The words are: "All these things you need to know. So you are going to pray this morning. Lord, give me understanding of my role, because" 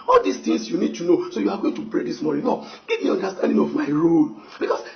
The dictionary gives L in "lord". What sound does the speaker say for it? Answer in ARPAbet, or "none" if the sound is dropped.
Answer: N